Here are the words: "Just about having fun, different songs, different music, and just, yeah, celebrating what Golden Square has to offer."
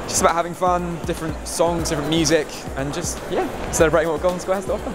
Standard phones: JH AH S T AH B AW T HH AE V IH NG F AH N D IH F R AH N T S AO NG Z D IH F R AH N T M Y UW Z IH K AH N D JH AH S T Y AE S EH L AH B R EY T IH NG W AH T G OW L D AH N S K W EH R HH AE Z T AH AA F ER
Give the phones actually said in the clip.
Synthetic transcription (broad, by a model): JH AH S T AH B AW T HH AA V IH NG F AH N D IH F R AH N T S AO NG Z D IH F R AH N M Y UW Z IH K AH N JH AH S T Y AE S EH AH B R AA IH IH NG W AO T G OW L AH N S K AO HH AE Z T AH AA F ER